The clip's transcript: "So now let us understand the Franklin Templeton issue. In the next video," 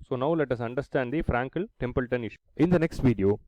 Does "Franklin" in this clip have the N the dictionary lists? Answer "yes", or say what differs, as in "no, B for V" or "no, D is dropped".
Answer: no, L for N